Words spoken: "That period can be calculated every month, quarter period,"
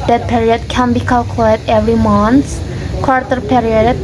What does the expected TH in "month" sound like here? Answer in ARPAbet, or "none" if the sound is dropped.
S